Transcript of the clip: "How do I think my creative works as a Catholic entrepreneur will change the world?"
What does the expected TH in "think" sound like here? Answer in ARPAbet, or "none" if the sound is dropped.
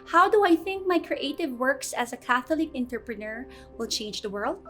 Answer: TH